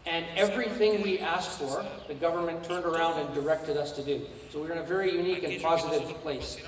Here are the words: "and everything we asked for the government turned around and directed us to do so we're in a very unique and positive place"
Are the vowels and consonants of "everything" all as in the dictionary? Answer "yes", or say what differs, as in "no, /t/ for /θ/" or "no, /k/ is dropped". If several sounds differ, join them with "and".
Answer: yes